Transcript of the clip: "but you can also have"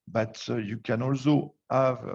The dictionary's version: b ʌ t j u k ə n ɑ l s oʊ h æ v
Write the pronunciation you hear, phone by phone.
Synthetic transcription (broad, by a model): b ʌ t j u k ə n ɑ l s oʊ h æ v